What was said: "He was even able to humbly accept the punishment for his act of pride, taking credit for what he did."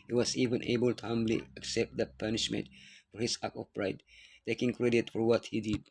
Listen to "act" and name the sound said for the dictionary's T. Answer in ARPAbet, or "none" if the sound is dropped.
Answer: none